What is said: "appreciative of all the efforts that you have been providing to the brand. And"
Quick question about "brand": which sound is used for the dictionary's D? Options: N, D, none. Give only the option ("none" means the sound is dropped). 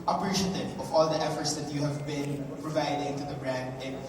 D